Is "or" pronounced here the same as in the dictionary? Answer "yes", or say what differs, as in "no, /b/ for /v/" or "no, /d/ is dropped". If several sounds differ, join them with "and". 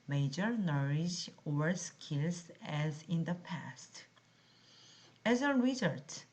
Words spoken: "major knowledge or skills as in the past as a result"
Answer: yes